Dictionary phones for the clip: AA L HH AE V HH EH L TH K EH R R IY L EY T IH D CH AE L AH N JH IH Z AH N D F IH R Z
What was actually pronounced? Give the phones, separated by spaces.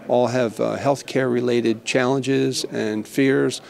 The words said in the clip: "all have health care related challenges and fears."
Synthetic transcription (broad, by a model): AA L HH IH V HH EH L TH K EH R R IY L EY T IH D CH AE L AH N JH IH Z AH N F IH R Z